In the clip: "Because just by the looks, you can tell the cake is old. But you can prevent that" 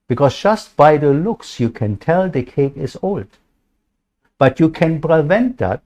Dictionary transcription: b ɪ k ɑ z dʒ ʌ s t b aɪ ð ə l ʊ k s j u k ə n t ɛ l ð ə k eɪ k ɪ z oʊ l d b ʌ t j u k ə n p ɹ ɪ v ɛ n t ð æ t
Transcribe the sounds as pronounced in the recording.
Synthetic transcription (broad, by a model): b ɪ k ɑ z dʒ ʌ s t b aɪ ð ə l ʊ k s j u k ə n t ɛ l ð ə k eɪ k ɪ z oʊ l d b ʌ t j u k ə n p ɹ ɪ v ɛ n t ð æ t